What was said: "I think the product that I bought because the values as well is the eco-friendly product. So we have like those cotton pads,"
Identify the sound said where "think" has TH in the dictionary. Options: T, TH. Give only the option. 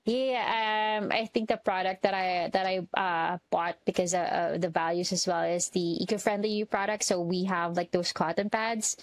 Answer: TH